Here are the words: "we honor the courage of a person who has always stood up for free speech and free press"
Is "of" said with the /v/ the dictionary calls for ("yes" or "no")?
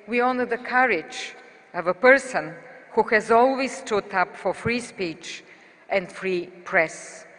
yes